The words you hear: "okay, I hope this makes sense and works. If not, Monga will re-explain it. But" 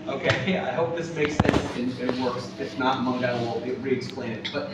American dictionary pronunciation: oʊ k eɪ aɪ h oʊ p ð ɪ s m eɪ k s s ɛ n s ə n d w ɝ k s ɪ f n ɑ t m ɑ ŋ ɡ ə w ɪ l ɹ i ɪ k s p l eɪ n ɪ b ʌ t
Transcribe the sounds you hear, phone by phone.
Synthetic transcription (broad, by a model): oʊ k eɪ aɪ h oʊ p ð ɪ s m eɪ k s s ɛ n s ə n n w ɝ k s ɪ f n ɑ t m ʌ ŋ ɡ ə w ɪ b ɹ i ɪ k s p l eɪ n ɪ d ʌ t